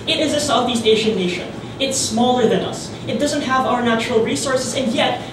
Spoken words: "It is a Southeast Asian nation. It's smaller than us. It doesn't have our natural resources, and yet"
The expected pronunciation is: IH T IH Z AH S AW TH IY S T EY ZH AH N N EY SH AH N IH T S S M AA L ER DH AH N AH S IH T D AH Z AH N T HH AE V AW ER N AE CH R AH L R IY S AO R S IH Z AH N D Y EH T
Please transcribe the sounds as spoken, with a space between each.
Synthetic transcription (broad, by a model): IH T IH Z AH S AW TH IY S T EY SH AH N N EY SH AH N IH T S S M AA L ER DH AH N AH S IH T D AH Z AH N T HH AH V AW ER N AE CH R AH L R IY S AO R S IH Z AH N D Y EH T